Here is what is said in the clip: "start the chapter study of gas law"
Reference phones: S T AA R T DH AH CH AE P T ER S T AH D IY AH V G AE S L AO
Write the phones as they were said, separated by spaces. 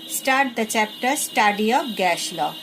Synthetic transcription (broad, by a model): S T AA R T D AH CH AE P T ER S T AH D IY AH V G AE SH L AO